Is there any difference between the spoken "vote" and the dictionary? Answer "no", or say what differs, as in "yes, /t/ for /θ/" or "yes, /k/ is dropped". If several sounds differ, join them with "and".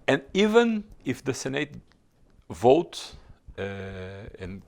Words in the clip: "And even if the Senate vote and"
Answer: no